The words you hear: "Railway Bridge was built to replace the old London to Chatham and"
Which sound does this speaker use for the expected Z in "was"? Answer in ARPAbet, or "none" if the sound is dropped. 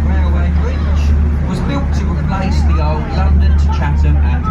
Z